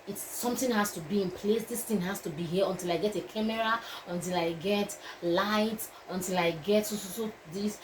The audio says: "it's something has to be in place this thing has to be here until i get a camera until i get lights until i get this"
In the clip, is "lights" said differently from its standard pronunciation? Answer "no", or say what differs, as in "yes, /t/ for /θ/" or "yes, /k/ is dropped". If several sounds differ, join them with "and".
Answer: yes, /s/ is dropped